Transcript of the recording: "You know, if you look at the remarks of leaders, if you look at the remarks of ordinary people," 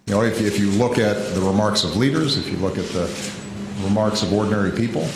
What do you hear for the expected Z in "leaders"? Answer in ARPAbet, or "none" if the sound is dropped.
Z